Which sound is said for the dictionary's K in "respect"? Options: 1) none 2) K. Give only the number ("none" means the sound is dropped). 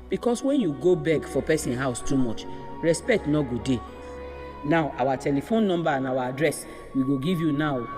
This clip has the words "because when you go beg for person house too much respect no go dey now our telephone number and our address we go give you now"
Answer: 2